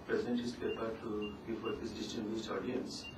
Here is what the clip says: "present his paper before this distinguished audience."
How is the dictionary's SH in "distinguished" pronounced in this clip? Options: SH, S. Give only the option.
S